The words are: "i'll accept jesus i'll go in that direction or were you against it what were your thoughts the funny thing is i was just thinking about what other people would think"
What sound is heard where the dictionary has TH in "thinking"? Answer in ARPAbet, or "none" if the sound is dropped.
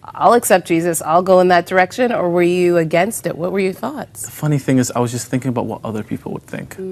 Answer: TH